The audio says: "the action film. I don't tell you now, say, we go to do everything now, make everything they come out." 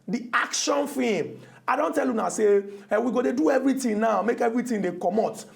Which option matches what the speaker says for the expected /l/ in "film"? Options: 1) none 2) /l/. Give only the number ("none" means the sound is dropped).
1